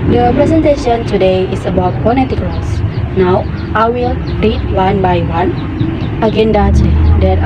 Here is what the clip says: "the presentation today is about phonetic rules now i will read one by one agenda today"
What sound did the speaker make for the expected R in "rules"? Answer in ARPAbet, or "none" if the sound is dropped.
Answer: L